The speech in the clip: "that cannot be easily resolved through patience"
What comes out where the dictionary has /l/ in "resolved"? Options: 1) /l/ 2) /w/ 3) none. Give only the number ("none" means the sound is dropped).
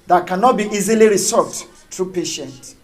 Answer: 3